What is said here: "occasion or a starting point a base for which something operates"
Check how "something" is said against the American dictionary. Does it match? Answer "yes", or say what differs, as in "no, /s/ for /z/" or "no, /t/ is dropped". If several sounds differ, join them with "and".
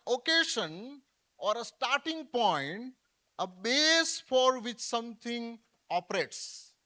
no, /t/ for /θ/